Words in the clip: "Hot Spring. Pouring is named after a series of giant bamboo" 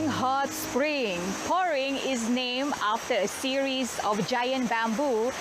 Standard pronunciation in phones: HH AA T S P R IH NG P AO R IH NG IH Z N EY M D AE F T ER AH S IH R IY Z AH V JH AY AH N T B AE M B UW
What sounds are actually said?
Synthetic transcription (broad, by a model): HH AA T S P R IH NG P AO R IH NG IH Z N EY M AA F T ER AH S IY R IY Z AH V JH AY AH N T B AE M B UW